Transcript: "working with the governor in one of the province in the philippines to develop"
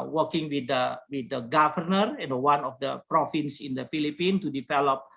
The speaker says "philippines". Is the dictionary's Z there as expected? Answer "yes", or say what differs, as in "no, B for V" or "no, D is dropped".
no, Z is dropped